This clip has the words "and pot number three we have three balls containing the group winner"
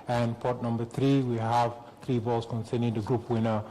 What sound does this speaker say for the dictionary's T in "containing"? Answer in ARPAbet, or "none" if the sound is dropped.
S